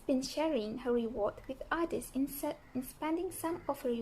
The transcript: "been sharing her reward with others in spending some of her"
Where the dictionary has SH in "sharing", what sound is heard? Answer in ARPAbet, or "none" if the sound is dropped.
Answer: SH